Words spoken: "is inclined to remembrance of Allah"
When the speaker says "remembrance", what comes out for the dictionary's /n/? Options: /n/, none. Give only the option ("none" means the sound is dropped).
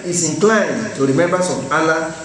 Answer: none